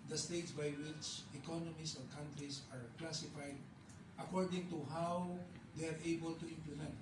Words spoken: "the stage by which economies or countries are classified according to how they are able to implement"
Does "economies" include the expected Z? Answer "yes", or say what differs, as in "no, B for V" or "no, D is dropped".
no, S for Z